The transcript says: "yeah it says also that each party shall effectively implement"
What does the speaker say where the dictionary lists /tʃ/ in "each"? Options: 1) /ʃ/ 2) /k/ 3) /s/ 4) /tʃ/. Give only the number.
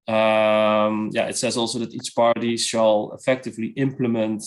3